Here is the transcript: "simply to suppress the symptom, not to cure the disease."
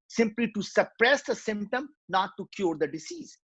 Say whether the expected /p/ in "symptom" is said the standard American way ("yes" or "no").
yes